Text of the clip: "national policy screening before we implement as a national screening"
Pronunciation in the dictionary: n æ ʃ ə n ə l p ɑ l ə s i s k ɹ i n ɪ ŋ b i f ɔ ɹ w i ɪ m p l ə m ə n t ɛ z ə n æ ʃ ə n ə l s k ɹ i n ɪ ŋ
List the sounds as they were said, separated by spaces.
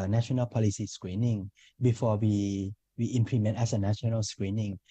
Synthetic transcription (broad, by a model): n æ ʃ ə n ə l p ɑ l ə s i s k ɹ i n ɪ ŋ b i f ɔ w w i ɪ m p l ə m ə n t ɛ s ə n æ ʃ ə n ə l s k ɹ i n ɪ ŋ